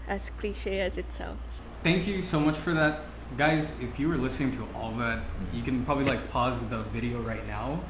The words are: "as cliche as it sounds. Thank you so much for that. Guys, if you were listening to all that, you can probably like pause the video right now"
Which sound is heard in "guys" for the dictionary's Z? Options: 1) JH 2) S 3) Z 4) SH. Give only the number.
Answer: 3